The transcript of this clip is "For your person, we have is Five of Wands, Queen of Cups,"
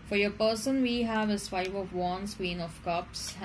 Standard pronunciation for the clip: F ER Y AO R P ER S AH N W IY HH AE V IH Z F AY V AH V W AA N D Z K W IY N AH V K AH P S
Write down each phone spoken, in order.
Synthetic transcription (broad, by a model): F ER Y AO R P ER S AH N W IY HH AE V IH S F AY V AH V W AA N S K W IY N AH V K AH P S